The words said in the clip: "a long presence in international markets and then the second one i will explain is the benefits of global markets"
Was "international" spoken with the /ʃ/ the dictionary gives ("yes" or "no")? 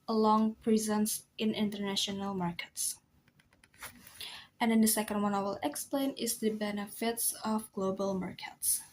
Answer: yes